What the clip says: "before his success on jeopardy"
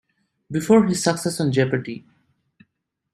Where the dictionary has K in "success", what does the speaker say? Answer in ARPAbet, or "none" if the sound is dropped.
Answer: K